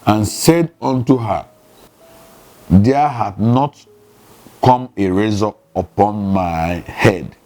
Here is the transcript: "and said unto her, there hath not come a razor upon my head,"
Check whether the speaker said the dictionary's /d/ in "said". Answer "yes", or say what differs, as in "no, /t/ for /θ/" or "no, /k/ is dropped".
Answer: yes